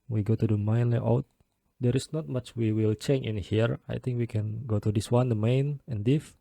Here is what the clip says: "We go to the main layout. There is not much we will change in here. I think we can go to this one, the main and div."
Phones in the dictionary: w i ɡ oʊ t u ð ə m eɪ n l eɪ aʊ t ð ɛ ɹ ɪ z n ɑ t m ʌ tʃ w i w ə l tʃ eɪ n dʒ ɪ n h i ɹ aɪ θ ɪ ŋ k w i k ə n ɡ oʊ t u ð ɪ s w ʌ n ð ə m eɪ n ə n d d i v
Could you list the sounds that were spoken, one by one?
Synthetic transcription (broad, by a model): w i ɡ oʊ t u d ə m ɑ n l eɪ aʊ t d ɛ ɹ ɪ s n ɑ t m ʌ tʃ w i w ə l tʃ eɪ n ɪ n h i ɹ aɪ t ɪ ŋ k w i k ə n ɡ oʊ t u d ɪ s w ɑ n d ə m eɪ n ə n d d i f